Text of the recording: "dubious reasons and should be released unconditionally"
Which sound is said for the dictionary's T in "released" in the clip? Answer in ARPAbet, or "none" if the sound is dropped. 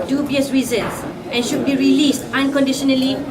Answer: T